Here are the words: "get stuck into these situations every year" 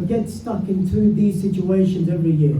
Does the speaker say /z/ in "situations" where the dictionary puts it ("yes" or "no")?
yes